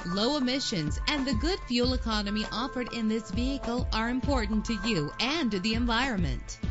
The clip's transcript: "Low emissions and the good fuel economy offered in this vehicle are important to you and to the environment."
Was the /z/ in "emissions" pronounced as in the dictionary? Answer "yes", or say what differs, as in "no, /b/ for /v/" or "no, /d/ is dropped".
yes